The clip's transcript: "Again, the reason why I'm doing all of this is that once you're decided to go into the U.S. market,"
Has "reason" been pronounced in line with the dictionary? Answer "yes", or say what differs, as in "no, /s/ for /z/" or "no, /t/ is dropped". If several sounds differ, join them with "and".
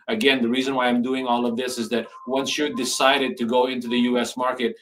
yes